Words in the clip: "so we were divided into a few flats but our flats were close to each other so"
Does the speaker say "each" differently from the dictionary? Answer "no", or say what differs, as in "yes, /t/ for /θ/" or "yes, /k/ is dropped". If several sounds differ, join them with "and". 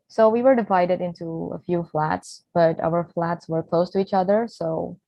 no